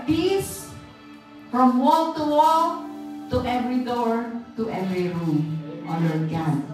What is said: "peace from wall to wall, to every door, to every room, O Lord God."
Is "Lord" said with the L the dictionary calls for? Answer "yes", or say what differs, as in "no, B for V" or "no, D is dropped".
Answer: no, N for L